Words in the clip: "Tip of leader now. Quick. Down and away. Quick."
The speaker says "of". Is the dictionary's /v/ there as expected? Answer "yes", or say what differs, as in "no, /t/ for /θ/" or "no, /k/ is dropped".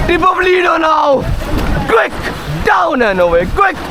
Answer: no, /p/ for /v/